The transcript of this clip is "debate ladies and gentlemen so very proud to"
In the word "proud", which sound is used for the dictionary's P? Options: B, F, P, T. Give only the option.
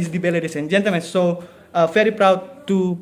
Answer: P